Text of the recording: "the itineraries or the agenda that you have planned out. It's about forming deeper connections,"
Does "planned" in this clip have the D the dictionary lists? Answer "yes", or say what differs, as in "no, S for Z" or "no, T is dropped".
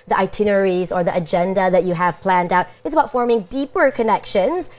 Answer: yes